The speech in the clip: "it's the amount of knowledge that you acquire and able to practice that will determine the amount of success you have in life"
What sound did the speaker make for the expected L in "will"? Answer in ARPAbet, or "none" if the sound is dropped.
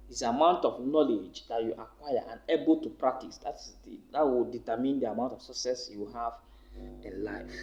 W